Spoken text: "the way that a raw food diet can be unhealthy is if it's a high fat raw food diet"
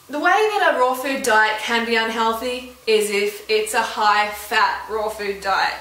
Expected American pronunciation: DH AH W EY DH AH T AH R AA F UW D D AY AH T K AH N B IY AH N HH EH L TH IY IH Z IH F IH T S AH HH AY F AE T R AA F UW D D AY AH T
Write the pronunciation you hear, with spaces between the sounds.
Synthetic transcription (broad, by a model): DH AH W EY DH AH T AH R AA F UW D D AY AH T K AH N B IY AH N HH EH L TH IY IH Z IH F IH T S AH HH AY F AE T R AA F UW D D AY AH T